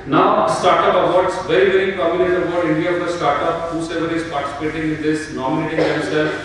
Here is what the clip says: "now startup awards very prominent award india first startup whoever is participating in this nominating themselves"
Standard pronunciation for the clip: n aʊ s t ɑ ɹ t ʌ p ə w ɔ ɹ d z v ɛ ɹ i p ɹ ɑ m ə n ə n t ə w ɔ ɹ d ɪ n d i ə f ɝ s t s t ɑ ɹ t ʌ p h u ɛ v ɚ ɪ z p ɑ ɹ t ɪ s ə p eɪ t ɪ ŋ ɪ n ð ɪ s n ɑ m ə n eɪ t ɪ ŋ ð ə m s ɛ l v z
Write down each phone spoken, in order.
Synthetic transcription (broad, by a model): n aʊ s t ɑ ɹ t ʌ p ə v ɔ ɹ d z v ɛ ɹ i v ɹ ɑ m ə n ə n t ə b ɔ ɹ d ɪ n d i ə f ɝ t s t ɑ ɹ t ʌ p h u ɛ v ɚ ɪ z p ɑ ɹ t ɪ s ə p eɪ t ɪ ŋ ɪ n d ɪ s n ɑ m ə n eɪ t ɪ ŋ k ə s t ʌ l